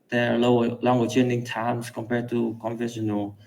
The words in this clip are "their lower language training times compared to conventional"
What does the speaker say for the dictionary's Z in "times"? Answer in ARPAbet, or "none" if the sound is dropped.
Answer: S